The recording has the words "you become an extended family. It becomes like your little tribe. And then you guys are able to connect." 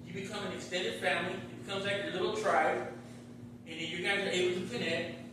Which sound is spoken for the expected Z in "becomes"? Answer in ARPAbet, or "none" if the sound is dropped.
Z